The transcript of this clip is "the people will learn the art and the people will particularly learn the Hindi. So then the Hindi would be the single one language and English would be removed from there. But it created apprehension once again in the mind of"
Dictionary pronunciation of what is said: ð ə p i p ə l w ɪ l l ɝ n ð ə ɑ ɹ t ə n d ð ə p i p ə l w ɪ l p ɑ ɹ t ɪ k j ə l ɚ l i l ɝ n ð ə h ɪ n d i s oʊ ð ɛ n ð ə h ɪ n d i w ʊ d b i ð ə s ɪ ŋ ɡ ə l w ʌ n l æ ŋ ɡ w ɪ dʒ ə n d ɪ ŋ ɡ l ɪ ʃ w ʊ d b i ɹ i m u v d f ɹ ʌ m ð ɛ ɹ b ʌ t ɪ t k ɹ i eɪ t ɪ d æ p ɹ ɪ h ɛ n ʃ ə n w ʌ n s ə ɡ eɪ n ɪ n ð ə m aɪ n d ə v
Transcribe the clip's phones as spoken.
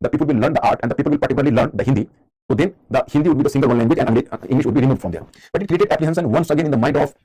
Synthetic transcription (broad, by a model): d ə p i p ə l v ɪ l l ɝ n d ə ɑ ɹ t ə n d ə p i p ə l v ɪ l p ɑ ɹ t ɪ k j l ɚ l i l ɝ n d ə h ɪ n d i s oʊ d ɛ n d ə h ɪ n d i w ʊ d b i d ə s ɪ ŋ ɡ ə l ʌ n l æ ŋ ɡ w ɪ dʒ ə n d ɪ ŋ ɡ l ɪ ʃ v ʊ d b i ɹ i m u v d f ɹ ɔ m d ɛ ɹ b ʌ t ɪ t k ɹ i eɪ t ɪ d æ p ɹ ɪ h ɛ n s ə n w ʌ n s ə ɡ eɪ n ɪ n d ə m aɪ n d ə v